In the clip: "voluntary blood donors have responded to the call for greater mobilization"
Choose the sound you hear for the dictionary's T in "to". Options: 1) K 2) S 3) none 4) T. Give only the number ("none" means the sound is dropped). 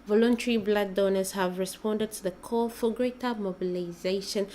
4